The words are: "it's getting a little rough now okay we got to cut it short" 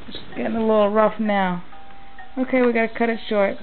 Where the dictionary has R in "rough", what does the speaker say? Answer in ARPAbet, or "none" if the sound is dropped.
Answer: R